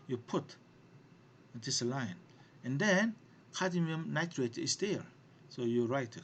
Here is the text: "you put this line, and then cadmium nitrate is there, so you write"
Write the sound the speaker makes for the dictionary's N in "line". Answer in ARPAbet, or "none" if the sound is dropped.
N